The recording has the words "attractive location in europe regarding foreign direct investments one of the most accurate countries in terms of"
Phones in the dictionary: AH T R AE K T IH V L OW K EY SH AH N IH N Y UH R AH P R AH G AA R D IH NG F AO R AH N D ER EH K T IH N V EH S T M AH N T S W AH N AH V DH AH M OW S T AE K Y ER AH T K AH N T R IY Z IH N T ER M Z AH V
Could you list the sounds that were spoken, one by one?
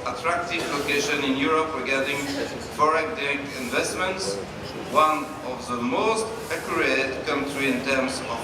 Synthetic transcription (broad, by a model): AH T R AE K T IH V L OW K EY SH AH N IH N Y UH R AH P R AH G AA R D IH NG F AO R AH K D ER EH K IH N V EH S T M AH N T S W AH N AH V DH AH M OW S T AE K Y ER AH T K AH N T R IY IH N T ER M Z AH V